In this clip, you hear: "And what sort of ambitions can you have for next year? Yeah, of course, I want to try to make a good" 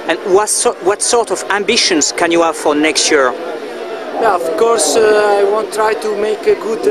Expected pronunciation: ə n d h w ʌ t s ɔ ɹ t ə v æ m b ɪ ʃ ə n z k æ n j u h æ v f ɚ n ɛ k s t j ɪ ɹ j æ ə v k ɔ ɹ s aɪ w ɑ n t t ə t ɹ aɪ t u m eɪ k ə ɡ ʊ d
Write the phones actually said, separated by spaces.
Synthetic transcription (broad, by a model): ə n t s w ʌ t s ɔ ɹ t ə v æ m b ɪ ʃ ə n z k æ n j u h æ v f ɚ n ɛ k s t j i ɹ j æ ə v k ɔ ɹ s aɪ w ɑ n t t t ɹ aɪ t u m eɪ k ə ɡ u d